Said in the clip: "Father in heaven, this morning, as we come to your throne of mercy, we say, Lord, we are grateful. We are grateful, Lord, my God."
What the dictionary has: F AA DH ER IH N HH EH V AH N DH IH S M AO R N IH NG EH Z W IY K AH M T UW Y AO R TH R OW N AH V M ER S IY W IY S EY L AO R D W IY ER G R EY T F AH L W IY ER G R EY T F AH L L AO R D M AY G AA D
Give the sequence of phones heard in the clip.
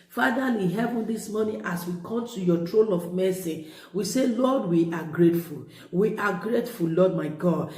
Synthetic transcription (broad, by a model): F AA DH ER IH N HH EH V AH N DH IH S M AO N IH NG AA S W IY K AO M T UW Y AO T R OW L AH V M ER S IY W IY S EY L AO D W IY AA G R EY T F AH L W IY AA G R EY T F AH L L AO D M AY G AA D